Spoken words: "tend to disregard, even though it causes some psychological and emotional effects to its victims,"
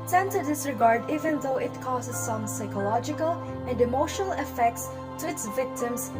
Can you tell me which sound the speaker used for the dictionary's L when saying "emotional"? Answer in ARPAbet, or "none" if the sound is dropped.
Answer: L